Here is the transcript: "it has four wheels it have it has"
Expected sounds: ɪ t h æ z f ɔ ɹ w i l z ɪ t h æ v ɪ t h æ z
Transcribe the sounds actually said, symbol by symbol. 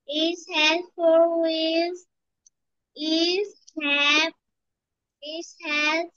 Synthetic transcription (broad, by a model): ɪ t h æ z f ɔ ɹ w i z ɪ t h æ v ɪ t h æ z